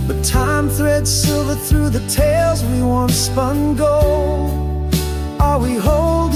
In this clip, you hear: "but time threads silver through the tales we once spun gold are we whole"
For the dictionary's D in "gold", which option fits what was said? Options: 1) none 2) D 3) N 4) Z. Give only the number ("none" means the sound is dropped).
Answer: 1